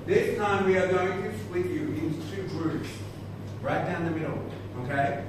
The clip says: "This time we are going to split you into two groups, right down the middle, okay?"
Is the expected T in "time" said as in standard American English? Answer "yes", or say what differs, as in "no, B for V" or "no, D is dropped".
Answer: yes